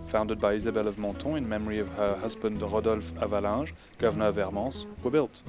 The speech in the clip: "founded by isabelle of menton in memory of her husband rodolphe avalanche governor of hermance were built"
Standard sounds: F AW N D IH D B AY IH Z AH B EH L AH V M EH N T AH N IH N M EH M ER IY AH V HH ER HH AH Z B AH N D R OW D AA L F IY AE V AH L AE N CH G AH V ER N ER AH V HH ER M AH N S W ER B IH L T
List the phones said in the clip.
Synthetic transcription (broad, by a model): F AW N D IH D B AY IH Z AH B EH L AH V M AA T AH IH N M EH M ER IY AH V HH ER HH AH Z B AH N D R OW D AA L F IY V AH L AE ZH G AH V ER N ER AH V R M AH S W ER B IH L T